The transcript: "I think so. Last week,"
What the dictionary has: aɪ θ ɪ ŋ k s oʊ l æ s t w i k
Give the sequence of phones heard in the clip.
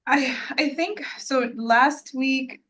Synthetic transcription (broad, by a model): aɪ θ ɪ ŋ k s oʊ l æ s t w i k